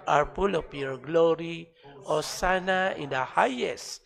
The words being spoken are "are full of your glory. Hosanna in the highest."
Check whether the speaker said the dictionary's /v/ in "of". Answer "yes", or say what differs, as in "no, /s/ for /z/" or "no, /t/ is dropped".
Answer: no, /p/ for /v/